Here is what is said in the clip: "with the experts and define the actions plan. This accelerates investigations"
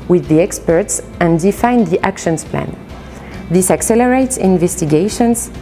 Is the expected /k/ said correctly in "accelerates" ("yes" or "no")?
yes